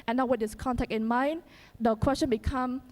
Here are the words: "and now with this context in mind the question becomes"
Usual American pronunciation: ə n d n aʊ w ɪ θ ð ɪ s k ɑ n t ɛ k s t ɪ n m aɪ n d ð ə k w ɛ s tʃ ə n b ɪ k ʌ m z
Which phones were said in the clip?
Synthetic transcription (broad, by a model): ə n n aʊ w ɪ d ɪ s k ɑ n t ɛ k t ɪ n m aɪ n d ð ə k w ɛ s tʃ ə n b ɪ k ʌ m